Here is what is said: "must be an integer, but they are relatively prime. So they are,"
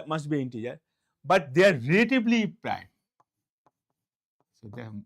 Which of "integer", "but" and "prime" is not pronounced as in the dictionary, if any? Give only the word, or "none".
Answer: none